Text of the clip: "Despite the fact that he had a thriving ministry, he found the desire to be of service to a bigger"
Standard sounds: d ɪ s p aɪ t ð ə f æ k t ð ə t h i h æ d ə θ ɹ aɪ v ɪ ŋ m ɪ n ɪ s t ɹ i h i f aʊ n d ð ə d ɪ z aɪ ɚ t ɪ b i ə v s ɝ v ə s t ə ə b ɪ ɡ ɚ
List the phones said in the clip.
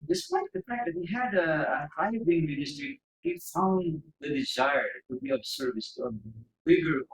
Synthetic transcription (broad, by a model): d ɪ s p aɪ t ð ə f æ k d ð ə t h i h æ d ə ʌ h aɪ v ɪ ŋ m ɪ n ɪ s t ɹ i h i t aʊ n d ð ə d ɪ z aɪ ɚ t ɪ b i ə b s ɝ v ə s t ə ə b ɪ ɡ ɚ